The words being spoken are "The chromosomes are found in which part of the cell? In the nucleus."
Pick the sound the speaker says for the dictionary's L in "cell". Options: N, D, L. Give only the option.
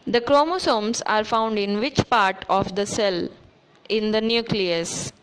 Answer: L